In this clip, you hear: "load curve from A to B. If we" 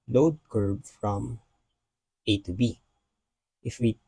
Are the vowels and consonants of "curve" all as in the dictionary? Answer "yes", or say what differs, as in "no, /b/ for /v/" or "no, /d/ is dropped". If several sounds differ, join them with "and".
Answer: no, /b/ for /v/